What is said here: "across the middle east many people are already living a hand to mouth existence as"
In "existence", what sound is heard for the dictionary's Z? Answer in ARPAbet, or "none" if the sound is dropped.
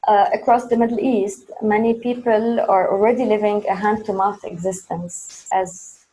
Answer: Z